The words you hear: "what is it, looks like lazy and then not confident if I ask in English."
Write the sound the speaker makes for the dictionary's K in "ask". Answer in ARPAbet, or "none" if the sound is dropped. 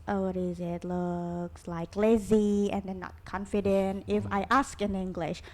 K